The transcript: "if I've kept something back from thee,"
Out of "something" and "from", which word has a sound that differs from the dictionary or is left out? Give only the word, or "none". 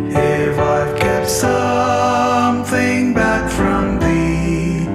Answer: none